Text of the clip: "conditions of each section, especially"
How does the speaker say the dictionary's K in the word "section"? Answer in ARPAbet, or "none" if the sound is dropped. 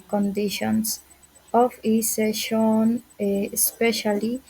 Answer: none